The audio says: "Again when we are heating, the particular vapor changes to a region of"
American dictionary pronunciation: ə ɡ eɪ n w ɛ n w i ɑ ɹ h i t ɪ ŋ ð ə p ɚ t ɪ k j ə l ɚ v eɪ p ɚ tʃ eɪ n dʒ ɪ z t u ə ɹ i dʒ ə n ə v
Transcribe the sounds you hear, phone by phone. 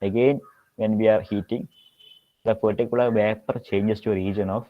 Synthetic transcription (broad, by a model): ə ɡ eɪ n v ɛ n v i ɑ ɹ h i t ɪ ŋ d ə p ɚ t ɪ k j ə l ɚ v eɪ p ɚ tʃ eɪ n dʒ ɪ s t u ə ɹ i dʒ ə n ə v